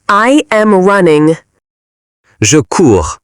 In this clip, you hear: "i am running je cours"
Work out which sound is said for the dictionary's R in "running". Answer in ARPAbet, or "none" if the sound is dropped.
R